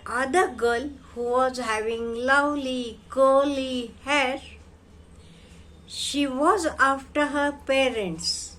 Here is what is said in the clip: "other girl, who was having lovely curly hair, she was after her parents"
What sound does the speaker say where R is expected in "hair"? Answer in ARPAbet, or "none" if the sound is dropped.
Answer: R